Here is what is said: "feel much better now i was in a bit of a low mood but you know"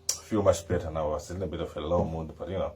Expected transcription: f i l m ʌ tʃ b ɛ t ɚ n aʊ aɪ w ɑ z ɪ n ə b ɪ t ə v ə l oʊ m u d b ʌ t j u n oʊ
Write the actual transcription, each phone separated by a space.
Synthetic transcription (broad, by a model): f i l m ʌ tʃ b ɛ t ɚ n aʊ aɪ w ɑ s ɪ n ə b ɪ t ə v ə l oʊ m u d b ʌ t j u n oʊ